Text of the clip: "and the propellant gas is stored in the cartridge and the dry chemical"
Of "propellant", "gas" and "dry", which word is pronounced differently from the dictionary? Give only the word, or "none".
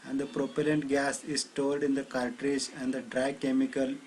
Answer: none